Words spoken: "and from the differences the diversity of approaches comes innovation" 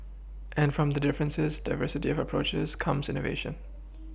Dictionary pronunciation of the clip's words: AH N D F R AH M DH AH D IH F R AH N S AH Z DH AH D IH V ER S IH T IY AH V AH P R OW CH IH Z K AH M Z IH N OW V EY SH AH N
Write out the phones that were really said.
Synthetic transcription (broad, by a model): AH N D F R AH M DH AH D IH F R AH N S AH Z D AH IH V ER S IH T IY AH V AH P R OW CH IH Z K AH M Z IH N OW V EY SH AH N